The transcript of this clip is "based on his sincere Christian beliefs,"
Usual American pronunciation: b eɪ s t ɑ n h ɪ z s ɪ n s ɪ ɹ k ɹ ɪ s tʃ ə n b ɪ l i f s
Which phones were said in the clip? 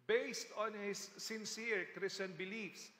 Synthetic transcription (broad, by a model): b eɪ s t ɑ n h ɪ s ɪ n s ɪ ɹ k ɹ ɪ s ə n b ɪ l i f s